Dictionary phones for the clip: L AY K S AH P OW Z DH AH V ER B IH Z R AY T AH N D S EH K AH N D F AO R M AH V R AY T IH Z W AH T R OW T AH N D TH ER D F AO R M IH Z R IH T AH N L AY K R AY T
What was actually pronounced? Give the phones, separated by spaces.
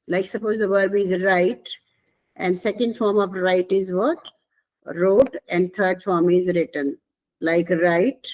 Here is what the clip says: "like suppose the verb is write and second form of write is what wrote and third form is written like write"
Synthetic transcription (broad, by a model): L AY K S AH P OW Z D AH V ER B IH Z R AY T AH N D S EH K AH N D F AO R M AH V R AY T IH Z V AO T R OW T AH N D T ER D F AO R M IH Z R IH T AH N L AY K R AY T